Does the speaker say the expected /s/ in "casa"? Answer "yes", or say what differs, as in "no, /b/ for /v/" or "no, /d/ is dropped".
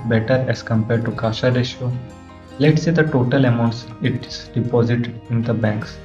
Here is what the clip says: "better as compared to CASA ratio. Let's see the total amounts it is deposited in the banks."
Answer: no, /ʃ/ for /s/